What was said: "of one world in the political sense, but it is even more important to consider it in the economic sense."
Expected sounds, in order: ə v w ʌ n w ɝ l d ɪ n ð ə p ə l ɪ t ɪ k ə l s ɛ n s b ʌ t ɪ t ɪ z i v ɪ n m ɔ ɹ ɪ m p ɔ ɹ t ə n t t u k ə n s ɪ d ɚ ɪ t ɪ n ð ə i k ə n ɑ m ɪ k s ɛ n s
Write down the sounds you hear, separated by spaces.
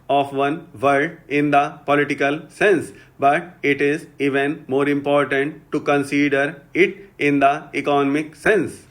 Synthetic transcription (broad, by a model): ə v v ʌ n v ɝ d ɪ n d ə p ə l ɪ t ɪ k ə l s ɛ n s b ʌ t ɪ t ɪ z i v ɪ n m ɔ ɹ ɪ m p ɔ ɹ t ə n t t u k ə n s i d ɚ ɪ t ɪ n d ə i k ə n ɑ m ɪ k s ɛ n s